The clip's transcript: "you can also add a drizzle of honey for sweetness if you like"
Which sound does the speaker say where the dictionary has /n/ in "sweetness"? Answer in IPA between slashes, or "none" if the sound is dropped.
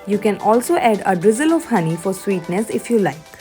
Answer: /n/